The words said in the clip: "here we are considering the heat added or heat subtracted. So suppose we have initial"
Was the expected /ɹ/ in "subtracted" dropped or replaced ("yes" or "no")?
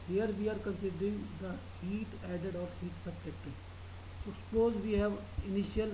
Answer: yes